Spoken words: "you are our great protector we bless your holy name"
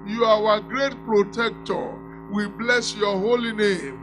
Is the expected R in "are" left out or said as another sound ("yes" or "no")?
yes